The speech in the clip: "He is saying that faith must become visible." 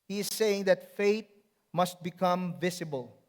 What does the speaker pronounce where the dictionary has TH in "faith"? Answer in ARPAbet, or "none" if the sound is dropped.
T